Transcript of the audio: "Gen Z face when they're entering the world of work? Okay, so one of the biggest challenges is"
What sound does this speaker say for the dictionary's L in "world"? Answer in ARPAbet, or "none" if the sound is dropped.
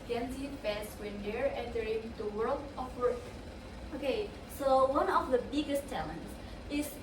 L